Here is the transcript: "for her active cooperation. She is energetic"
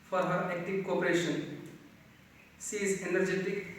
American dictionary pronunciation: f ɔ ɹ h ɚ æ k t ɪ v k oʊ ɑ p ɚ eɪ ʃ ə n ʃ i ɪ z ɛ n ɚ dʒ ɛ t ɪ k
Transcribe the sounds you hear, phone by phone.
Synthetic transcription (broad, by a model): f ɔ ɹ h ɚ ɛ k t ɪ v k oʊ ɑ p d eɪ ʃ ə n s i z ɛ n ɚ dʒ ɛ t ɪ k